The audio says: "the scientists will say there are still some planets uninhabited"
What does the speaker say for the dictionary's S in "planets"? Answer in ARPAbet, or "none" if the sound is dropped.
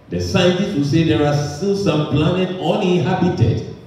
none